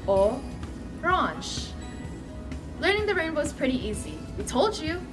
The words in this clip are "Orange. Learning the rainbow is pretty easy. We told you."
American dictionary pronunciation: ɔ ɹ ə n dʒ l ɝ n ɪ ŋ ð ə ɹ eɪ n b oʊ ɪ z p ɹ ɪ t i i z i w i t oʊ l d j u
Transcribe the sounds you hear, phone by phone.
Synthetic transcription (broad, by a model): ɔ ɹ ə n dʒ l ɝ n ɪ ŋ ð ə ɹ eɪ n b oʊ ɪ z p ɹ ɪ t i i z i w i t oʊ l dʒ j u